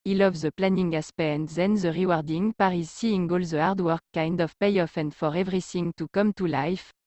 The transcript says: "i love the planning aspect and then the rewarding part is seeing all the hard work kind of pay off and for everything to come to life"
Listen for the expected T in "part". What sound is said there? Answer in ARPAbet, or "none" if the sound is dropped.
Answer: none